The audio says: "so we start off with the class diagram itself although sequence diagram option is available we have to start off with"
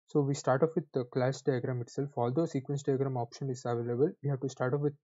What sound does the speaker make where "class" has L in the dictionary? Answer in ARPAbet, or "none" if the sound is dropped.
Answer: L